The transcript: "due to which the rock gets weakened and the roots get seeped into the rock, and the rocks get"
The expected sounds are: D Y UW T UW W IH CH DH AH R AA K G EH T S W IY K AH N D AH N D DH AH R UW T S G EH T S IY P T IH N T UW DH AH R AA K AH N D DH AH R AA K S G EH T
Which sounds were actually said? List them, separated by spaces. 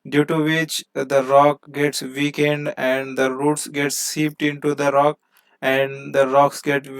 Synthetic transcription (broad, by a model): D Y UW T UW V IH CH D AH R AA K G EH T S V IY K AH N D AH N D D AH R UW T S G EH T S IY P T IH N T UW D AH R AA K AH N D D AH R AA K S G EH T